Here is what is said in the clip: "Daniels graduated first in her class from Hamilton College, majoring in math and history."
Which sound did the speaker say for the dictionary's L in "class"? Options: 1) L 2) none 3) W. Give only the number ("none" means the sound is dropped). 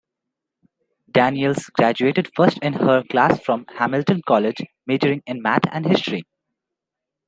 1